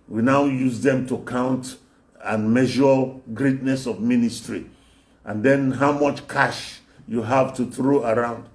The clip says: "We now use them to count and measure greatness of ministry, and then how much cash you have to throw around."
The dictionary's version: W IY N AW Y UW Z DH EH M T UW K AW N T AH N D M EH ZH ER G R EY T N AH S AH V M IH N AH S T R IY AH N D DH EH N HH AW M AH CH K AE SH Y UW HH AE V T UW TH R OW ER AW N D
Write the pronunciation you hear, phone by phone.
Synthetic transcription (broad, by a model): W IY N AW Y UW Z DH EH M T UW K AW N T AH N M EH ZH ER G R EY T N AH S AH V M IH N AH S T R IY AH N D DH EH N HH AW M AH CH K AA SH Y UW HH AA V T UW TH R OW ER AW N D